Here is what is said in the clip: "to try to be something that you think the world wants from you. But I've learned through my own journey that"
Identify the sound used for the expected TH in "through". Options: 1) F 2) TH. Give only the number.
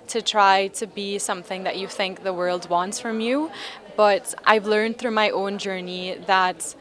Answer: 2